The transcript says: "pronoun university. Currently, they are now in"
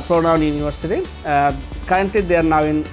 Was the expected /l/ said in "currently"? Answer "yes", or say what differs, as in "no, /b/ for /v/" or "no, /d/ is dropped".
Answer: no, /l/ is dropped